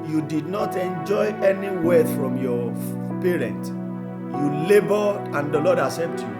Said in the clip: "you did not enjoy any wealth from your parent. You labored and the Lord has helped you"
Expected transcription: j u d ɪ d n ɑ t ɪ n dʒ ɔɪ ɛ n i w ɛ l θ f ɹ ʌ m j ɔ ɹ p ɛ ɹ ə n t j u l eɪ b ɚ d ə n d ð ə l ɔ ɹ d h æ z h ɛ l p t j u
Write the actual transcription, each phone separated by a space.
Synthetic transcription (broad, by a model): j u d ɪ d n ɑ t ɪ n dʒ ɔɪ ɛ n i w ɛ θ f ɹ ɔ m j ɔ p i ɹ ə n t j u l eɪ b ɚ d ə n d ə l ɔ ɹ d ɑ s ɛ p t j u